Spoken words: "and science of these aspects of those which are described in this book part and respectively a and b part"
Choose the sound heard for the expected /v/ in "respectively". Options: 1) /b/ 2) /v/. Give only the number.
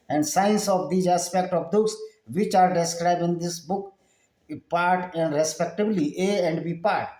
1